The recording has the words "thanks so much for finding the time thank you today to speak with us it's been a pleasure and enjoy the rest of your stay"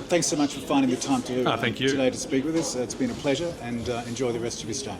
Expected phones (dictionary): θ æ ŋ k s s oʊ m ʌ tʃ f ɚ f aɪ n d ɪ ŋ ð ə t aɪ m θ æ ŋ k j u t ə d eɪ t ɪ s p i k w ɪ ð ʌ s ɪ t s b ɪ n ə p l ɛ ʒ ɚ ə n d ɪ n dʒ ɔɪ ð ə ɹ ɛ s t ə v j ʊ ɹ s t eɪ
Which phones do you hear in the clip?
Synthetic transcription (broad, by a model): θ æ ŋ k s s oʊ m ʌ tʃ f ɚ f aɪ n d ɪ ŋ ð ə t aɪ m θ æ ŋ k j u t ə d eɪ t ɪ s p i k w ɪ ð ʌ s ɪ t s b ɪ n ə p l ɛ ʒ ɚ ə n ɪ n dʒ ɔɪ ð ə ɹ ɛ s t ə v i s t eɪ